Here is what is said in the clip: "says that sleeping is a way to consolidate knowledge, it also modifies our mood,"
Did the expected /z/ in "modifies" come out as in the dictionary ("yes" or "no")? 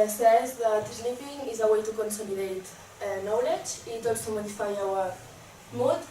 no